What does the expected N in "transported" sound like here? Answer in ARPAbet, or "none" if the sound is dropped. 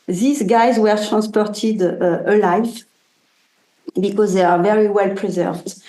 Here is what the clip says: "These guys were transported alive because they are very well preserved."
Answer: N